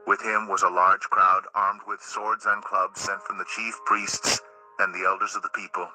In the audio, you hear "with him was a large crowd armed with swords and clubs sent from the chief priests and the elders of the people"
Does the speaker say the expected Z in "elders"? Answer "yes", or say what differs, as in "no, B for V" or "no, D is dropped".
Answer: yes